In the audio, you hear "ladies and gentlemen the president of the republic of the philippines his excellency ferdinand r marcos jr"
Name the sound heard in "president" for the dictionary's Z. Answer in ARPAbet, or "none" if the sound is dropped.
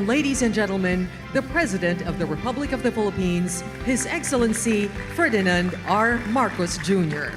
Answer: Z